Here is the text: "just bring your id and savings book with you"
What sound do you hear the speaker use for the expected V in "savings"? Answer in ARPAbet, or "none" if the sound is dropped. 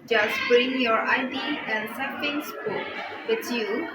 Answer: F